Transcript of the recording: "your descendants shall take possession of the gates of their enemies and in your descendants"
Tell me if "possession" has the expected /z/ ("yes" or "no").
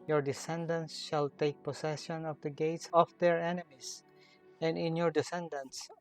no